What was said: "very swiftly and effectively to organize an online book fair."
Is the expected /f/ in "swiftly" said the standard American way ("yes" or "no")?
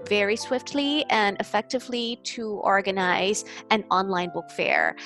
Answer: yes